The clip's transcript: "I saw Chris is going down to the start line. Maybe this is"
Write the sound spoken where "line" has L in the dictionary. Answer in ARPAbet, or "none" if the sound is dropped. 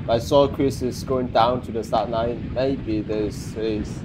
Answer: N